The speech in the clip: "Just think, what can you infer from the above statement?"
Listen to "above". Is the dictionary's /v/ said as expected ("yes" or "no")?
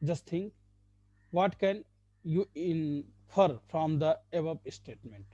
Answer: no